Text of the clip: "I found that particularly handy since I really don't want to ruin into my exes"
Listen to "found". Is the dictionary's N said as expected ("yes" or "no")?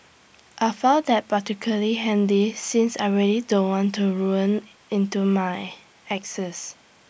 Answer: no